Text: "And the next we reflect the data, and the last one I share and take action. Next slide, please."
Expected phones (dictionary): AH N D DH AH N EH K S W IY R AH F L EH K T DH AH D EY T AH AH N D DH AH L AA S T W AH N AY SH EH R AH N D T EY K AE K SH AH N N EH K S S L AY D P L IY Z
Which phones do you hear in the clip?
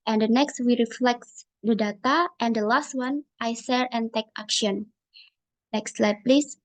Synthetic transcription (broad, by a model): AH N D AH N EH K S W IY R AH F L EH K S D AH D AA T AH AH N D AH L AA S T W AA N AY S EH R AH N T EY K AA K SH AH N N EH K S S L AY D P L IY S